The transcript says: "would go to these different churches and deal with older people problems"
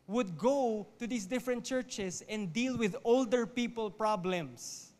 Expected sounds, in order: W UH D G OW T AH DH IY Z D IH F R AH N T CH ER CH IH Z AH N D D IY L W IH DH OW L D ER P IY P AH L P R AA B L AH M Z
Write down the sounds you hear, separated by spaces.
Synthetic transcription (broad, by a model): W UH D G OW T AH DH IY S D IH F R AH N T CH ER CH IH S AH N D D IY L W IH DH OW L D ER P IY P AH L P R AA B L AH M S